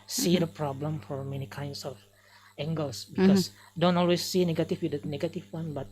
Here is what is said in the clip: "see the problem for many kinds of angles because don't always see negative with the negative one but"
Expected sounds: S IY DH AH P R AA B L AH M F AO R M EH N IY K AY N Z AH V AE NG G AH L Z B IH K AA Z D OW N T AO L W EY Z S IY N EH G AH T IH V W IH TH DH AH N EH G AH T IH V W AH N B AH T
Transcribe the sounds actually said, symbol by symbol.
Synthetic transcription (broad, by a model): S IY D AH P R AA B L AH M F AO R M EH N IY K AY N S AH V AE NG G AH L S B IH K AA S D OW N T AO L W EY S IY N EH G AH T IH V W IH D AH N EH G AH T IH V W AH N B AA T